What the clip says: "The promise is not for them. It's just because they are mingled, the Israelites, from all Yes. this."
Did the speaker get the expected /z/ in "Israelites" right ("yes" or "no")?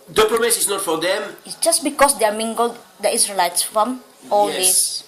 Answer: no